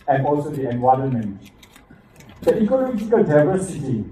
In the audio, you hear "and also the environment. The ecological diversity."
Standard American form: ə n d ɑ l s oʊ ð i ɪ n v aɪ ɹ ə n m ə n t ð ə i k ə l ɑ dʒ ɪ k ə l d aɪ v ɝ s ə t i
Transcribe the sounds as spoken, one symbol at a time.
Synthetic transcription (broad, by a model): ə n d ɑ l s oʊ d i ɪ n w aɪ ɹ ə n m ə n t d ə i k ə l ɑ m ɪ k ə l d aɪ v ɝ s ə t i